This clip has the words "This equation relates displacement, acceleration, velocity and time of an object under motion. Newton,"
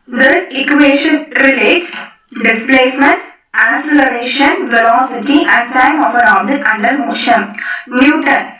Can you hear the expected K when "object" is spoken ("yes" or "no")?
no